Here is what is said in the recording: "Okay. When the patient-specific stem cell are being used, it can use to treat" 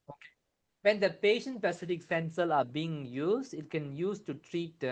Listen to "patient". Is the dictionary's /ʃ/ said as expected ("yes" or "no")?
yes